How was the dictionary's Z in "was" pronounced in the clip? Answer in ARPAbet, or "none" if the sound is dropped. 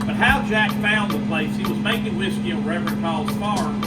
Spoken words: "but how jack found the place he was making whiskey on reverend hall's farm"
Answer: Z